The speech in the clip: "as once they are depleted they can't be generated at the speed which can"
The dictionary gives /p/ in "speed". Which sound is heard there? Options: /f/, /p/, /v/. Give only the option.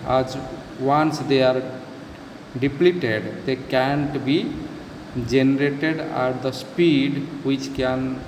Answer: /p/